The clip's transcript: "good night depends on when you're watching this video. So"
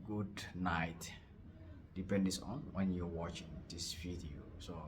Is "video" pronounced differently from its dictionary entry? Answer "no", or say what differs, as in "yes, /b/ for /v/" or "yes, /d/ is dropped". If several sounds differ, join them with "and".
yes, /f/ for /v/